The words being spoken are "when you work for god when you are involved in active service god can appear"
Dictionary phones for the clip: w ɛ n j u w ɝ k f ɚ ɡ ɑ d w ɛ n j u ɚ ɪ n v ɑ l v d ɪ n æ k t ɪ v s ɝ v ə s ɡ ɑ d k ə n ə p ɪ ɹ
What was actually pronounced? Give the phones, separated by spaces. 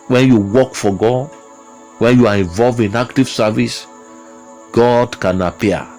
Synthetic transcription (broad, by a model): w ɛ n j u w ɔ k f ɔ ɡ ɑ d w ɛ n j u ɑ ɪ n v ɑ l v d ɪ n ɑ k t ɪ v s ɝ v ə s ɡ ɑ d k ə n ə p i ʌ